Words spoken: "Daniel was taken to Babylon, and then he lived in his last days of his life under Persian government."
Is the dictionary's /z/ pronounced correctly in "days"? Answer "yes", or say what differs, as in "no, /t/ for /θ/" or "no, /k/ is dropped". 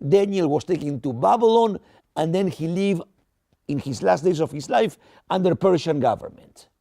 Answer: no, /s/ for /z/